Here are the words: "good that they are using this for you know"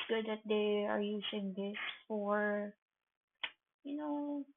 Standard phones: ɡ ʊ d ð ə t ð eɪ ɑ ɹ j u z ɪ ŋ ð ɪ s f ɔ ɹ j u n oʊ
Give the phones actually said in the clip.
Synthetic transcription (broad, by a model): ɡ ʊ d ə t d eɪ ɑ ɹ j u s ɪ ŋ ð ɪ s f ɔ ɹ j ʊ n oʊ